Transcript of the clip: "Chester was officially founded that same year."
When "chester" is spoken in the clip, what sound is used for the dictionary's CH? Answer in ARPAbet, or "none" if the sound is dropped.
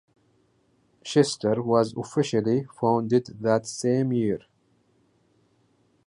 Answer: SH